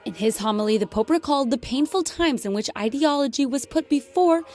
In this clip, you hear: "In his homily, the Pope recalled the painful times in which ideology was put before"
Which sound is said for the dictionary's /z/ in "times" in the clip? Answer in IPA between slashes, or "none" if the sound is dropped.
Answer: /z/